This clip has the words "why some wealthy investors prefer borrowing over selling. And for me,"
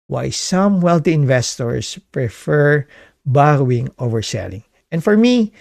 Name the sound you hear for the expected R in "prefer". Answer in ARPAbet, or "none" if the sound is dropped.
R